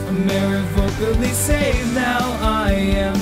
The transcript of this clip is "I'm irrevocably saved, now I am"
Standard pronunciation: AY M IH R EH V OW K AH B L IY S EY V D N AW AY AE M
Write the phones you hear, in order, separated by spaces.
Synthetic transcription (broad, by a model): M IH R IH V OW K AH L IY S EY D N AW AY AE M